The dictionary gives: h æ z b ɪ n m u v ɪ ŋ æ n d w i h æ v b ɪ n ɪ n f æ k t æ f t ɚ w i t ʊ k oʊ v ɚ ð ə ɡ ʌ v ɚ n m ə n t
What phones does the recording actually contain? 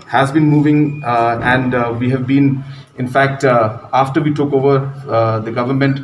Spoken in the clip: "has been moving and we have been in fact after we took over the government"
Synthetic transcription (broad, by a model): h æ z b ɪ n m u v ɪ ŋ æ n d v i h æ v b ɪ n ɪ n f æ k t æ f t ɚ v i t ʊ k oʊ v ɚ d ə ɡ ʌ v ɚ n m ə n t